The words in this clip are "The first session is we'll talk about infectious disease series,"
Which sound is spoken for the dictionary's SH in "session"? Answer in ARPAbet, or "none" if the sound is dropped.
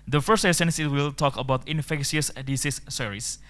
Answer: S